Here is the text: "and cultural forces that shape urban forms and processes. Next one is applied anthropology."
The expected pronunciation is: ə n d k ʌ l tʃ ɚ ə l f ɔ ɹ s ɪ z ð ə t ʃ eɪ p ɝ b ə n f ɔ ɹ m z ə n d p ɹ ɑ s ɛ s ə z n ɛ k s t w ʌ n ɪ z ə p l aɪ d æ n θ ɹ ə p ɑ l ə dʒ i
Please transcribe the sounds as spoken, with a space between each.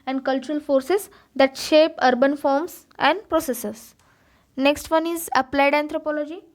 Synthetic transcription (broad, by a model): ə n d k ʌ l tʃ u ə l f ɔ ɹ s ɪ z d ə t ʃ eɪ p ɝ b ə n f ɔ ɹ m s ə n d p ɹ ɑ s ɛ s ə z n ɛ k s t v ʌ n ɪ z ə p l aɪ d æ n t ɹ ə p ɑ l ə dʒ i